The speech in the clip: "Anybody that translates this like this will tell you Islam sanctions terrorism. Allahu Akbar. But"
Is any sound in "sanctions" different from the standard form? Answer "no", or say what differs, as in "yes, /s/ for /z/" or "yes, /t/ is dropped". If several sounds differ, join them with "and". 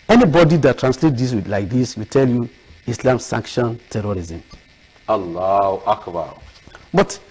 yes, /z/ is dropped